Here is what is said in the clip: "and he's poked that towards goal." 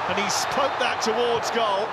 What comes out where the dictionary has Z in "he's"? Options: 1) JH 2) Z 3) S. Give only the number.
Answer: 3